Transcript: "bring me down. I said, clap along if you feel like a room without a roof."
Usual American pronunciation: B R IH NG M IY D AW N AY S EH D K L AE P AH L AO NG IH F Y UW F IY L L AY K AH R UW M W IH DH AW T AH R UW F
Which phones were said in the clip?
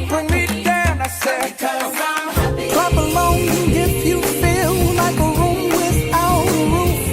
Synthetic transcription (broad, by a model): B R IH NG M IY D AW N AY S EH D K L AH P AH L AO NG IH F Y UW F IY L L AY K AH R UW M W IH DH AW AH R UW